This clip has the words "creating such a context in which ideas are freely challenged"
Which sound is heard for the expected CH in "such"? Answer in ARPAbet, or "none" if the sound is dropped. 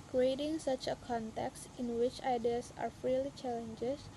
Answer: CH